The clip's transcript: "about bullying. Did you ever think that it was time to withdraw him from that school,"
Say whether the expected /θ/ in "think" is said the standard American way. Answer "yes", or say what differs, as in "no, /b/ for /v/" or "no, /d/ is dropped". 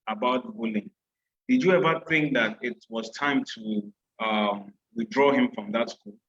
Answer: yes